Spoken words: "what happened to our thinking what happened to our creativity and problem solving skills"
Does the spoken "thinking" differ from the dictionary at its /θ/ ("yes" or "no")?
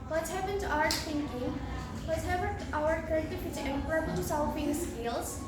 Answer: yes